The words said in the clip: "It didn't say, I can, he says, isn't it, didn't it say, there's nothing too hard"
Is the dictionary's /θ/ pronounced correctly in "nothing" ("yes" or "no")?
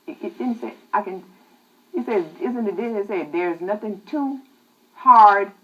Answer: yes